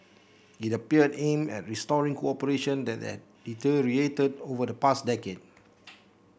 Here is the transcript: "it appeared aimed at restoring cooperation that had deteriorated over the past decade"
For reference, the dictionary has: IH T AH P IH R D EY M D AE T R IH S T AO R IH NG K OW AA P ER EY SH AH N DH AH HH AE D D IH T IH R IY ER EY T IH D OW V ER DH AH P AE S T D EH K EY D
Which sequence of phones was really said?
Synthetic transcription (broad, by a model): IH T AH P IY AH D EY M EH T R IH S T AO R IH NG K OW AA P ER EY SH AH N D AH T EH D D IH T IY R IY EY T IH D OW V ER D AH P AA S D EH K EY D